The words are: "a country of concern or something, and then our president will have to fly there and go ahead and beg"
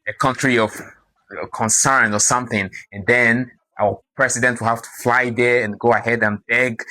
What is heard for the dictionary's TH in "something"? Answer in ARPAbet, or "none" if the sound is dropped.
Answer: TH